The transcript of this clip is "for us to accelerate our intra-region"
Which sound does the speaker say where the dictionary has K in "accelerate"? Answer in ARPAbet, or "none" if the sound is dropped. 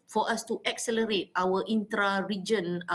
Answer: K